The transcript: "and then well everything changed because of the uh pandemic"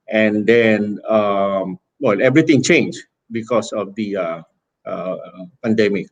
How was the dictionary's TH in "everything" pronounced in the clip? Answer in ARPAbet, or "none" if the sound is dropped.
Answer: T